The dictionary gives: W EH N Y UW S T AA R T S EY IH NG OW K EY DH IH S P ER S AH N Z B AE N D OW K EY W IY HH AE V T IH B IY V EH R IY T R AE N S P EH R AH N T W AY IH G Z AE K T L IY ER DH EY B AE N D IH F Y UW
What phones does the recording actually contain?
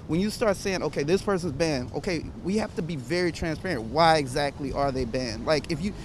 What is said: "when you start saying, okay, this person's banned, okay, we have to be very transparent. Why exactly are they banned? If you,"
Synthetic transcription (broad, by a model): W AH N Y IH S T AA R T S EY IH NG OW K EY DH IH S P ER S AH N Z B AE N OW K EY W IY HH AE F T IH B IY V EH R IY T R AE N S P EH R AH N T W AY IH G Z AE K T L IY ER DH EY B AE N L IH F Y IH